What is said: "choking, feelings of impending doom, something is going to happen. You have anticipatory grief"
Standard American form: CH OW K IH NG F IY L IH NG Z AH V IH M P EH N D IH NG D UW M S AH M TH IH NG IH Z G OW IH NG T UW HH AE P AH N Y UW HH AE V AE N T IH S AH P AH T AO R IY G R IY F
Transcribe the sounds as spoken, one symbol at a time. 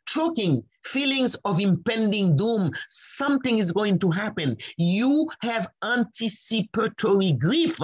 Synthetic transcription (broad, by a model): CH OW K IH NG F IY L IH NG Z AH V IH M P EH N D IH NG D UW M S AH M TH IH NG IH Z G OW IH NG T UW HH AE P AH N Y UW HH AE V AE N T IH S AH P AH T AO R IY G R IY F